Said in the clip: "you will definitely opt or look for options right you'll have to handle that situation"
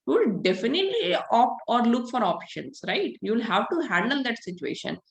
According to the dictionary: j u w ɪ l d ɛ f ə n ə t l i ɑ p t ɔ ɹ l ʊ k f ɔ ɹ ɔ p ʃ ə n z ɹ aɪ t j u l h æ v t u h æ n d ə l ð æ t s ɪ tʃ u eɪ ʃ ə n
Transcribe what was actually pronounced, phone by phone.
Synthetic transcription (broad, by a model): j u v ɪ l d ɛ f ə n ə t l i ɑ p ɔ ɹ l ʊ k f ɔ ɹ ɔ p ʃ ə n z ɹ aɪ t j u l h æ v t u h æ n d ə l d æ t s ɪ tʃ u eɪ ʃ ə n